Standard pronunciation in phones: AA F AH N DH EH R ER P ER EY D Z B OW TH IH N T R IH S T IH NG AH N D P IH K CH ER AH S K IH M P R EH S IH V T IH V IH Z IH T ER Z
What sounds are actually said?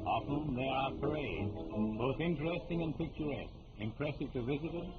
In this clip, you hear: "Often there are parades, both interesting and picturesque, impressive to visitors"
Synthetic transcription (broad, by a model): AA F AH N DH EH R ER P ER EY D Z B OW TH IH N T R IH S T IH NG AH N P IH K CH ER AH S K IH M P R EH S IH V T IH V IH Z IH T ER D